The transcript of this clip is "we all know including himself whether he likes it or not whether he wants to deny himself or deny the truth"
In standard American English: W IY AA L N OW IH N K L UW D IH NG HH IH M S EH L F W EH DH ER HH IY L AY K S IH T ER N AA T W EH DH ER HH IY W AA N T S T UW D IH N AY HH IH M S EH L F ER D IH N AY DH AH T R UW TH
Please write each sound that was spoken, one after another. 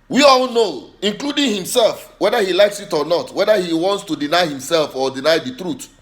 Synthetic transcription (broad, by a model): W IY AA L N OW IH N K L UW D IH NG HH IH M S EH L F W EH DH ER HH IY L AY K S IH T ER N AA T W EH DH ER HH IY W AA N T S T UW D IH N AY HH IH M S EH L F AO D IH N AY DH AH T R UW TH